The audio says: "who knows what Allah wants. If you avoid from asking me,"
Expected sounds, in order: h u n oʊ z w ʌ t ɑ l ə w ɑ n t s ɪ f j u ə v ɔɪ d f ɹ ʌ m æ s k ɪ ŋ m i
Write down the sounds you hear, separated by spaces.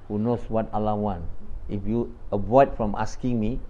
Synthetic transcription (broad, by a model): h u n oʊ s w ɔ t ɑ l ə w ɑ n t ɪ f j u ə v ɔɪ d f ɹ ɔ m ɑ s k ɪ ŋ m i